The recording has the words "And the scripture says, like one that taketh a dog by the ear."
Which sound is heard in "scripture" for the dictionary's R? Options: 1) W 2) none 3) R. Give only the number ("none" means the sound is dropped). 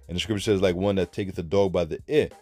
3